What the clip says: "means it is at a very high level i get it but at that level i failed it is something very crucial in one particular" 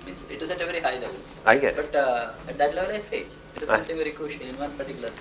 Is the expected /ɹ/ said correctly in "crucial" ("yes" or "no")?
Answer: no